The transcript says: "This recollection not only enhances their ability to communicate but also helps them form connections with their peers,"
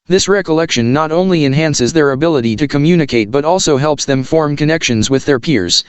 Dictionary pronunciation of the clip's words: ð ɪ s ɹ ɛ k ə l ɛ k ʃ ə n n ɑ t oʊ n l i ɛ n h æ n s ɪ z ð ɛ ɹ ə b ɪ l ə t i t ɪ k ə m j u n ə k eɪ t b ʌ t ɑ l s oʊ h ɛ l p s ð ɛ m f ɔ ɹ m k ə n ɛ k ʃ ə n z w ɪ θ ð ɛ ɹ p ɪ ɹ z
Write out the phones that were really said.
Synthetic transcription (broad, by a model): ð ɪ s ɹ ɛ k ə l ɛ k ʃ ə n n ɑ t oʊ n l i ɛ n h æ n s ɪ z ð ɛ ɹ ə b ɪ l ə t i t ɪ k ə m j u n ə k eɪ t b ʌ t ɑ l s oʊ h ɛ l p s ð ɛ m f ɔ ɹ m k ə n ɛ k ʃ ə n z w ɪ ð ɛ ɹ p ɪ ɹ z